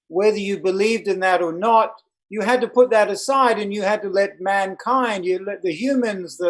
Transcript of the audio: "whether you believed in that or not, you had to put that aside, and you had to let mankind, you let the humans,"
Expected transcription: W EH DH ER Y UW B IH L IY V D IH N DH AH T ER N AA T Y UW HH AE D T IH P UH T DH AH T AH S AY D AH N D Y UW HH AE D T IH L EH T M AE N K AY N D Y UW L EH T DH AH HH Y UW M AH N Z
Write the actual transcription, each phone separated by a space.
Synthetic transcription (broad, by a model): W EH DH ER Y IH B IH L IY V D IH N DH AH T ER N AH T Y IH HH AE D T IH P UH T DH AH T AH S AY D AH N Y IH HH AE D T IH L EH T M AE N K AY N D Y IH L EH T DH AH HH Y UW M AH N Z